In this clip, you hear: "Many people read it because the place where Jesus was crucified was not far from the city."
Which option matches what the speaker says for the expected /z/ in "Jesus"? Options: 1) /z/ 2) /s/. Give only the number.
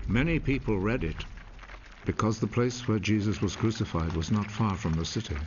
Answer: 1